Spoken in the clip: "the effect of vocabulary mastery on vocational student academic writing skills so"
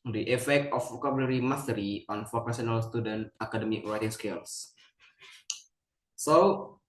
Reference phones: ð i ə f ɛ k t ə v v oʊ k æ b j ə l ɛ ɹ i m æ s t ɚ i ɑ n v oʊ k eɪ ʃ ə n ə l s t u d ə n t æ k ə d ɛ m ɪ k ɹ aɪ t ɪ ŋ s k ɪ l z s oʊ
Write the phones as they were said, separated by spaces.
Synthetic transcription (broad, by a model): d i ə f ɛ k t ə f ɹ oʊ k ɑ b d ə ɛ ɹ i m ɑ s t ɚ i ɑ n f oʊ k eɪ s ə n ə l s t u d ə n t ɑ k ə d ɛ m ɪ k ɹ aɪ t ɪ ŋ s k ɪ l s s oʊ